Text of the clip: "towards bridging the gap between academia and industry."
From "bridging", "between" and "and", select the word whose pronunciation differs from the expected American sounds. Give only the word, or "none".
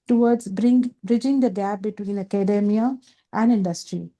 none